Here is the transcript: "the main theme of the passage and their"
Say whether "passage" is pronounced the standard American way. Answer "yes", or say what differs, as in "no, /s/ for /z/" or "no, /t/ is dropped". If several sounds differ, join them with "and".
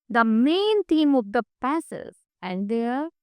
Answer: no, /z/ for /dʒ/